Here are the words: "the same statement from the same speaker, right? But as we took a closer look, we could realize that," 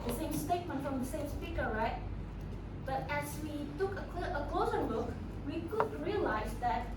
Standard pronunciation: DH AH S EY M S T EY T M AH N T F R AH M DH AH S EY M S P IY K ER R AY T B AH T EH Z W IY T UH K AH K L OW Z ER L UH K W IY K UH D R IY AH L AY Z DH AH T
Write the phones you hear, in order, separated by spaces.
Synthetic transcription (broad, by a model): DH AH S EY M S T EY T M AH N T F R AH M DH AH S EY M S P IY K ER R AY T B AH T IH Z W IY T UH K AH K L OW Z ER N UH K W IY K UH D R IY AH L AY Z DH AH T